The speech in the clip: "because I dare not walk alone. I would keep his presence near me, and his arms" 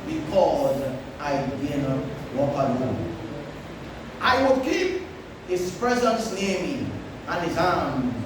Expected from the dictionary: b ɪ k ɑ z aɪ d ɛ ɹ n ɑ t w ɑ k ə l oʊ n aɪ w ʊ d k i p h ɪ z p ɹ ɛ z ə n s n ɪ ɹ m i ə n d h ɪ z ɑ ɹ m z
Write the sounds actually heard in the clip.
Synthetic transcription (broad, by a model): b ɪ k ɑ z aɪ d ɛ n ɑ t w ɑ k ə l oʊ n aɪ w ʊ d k i p h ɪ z p ɹ ɛ z ə n s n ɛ m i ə n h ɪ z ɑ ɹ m